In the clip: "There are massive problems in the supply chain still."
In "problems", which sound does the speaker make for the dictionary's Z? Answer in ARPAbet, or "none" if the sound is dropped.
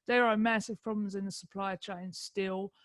Z